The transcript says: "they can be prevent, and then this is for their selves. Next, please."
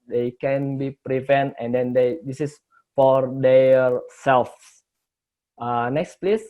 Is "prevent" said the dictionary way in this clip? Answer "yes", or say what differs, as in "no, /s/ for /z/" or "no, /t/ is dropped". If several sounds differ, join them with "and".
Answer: yes